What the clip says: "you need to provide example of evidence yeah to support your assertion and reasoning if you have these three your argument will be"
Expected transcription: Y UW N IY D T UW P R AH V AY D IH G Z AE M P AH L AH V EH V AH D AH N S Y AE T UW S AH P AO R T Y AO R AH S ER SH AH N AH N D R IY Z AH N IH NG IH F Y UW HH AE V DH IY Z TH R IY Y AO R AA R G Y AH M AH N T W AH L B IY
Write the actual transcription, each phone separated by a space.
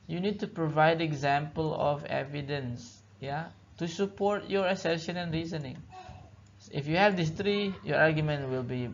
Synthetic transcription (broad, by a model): Y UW N IY D T UW P R AH V AY D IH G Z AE M P AH L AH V EH V AH D AH N S Y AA T UW S AH P AO R T Y AO R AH S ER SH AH N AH N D R IY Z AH N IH NG IH F Y UW HH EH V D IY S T R IY Y AO R AA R G Y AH M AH N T W AH L B IY